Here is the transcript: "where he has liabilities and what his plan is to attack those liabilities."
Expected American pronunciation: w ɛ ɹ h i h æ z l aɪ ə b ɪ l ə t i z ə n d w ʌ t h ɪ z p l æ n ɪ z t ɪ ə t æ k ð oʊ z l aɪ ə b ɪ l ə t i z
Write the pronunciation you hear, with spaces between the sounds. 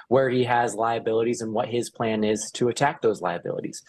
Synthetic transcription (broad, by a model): w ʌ ɹ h i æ z l aɪ ə b ɪ l ə t i z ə n w ʌ t h ɪ z p l æ n ɪ z t ɪ ə t æ k ð oʊ z l aɪ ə b ɪ l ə t i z